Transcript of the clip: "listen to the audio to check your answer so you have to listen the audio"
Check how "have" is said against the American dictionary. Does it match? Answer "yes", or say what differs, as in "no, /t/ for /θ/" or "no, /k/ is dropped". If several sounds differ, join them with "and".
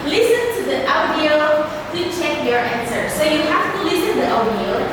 no, /f/ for /v/